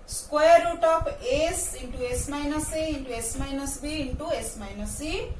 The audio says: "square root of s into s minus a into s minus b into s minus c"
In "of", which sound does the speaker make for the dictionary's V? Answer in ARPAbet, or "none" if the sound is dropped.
P